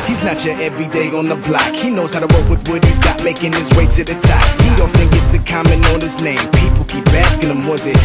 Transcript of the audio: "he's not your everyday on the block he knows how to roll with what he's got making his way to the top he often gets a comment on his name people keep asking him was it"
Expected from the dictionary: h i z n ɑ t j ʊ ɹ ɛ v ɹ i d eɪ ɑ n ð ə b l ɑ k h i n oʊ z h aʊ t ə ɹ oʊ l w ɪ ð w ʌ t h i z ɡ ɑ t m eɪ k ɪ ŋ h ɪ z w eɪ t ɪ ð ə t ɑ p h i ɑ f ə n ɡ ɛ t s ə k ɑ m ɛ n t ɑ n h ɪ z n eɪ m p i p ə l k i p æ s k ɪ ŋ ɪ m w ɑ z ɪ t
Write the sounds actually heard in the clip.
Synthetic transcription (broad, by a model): h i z n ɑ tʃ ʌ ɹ ɛ v ɹ i d eɪ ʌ n ð ə b l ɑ k h i n oʊ z h aʊ t ə w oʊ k w ɪ ð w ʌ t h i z ɡ ɑ t m eɪ k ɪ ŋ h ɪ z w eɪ s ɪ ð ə t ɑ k h i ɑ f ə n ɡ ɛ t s ə k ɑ m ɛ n ɑ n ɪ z n eɪ m p i p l k i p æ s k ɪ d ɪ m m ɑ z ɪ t